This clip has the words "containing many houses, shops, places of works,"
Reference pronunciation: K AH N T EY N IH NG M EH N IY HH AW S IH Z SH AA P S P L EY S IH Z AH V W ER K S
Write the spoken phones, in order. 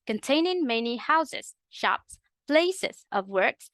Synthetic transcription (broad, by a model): K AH N T EY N IH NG M EH N IY HH AW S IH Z SH AA P S P L EY S IH Z AH V W ER K S